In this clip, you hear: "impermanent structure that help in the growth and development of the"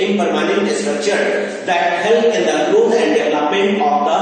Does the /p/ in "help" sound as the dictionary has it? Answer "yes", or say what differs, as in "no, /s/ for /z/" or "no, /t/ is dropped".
no, /p/ is dropped